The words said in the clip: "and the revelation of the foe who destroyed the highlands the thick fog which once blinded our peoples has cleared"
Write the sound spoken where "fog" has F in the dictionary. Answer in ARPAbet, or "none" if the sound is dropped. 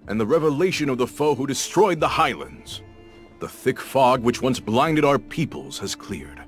F